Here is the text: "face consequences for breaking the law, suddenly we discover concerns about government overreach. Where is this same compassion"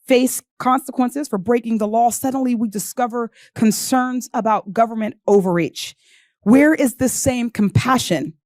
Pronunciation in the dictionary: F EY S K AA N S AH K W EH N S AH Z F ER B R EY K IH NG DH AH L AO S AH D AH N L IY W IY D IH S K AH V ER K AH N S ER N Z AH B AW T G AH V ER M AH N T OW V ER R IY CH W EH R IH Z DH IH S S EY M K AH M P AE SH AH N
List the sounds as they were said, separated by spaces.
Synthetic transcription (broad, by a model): F EY S K AA N S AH K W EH N S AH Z F ER B R EY K IH NG DH AH L AO S AH D N L IY W IY D IH S K AH V ER K AH N S ER N Z AH B AW T G AH V ER M AH N T OW V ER R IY CH W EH R IH Z DH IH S S EY M K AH M P AE SH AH N